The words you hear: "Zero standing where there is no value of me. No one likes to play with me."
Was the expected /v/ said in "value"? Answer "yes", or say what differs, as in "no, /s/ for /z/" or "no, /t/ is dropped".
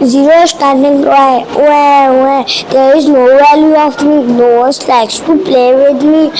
no, /w/ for /v/